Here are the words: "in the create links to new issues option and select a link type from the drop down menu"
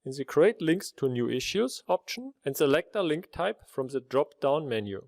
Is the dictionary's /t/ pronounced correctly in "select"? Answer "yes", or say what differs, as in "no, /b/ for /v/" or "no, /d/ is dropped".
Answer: yes